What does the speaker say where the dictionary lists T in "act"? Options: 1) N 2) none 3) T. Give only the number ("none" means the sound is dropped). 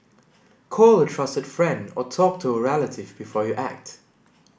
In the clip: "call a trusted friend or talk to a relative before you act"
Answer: 3